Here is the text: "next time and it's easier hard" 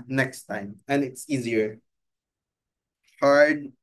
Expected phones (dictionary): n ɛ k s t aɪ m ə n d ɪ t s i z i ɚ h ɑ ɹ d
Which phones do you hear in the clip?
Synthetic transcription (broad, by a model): n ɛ k s t aɪ m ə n ɪ t s i z i ɚ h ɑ ɹ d